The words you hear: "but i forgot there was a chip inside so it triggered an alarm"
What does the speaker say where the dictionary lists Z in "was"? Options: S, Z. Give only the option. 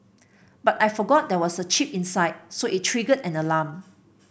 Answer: S